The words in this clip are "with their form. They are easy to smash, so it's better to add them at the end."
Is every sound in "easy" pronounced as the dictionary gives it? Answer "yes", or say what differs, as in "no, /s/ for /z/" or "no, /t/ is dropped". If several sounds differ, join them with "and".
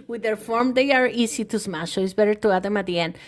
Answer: no, /s/ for /z/